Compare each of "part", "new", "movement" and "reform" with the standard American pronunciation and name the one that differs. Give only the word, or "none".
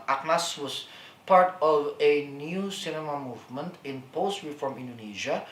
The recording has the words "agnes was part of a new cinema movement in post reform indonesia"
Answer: none